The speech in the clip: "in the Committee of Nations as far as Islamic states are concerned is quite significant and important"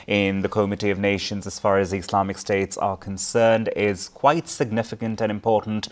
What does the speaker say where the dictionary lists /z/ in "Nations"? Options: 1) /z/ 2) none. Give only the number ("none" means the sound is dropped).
1